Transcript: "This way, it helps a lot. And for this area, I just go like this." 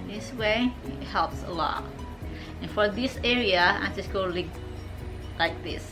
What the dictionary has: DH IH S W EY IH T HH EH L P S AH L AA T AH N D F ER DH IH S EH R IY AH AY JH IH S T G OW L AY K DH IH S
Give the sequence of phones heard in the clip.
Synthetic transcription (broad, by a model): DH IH S W EY IH T HH EH L P S AH L AA T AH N F ER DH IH S EH R IY AH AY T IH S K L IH L AY K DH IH S